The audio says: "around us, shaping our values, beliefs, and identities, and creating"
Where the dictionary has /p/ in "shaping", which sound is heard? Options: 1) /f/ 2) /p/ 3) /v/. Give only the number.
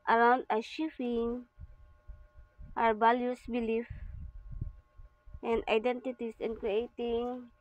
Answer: 1